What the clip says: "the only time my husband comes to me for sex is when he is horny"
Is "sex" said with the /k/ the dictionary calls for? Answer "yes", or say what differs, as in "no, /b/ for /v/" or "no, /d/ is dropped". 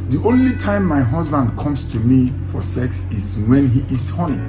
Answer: yes